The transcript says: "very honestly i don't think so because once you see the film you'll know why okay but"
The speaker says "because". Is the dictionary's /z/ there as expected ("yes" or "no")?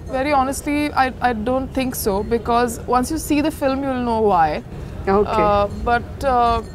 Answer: yes